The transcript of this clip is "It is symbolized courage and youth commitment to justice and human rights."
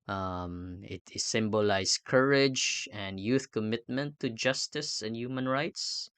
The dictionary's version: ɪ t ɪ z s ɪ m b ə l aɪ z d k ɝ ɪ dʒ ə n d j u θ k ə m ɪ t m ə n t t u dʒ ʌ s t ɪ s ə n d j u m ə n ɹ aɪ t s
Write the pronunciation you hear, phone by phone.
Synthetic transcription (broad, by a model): t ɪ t s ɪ m b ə l aɪ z k ɝ ɪ dʒ ə n d j u θ k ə m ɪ t m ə n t t u dʒ ʌ s t ɪ s ə n d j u m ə n ɹ aɪ t s